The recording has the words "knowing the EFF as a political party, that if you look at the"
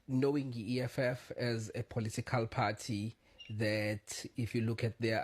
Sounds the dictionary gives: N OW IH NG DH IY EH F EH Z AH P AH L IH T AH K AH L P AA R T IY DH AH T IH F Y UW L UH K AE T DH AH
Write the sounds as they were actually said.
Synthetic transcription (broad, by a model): N OW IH NG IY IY EH F EH Z AH P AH L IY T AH K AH L P AA T IY DH AH T IH F Y UW L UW K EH T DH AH